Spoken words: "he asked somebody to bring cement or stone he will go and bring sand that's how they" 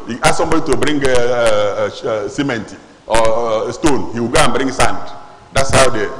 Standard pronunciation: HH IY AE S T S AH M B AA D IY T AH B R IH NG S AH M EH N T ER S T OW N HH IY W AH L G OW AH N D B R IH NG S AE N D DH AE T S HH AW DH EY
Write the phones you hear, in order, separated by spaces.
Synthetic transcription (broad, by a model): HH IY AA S S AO M B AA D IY T AH B R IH NG S AH M EH N T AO S T OW N HH IY W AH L G OW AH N B R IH NG S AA N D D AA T S HH AW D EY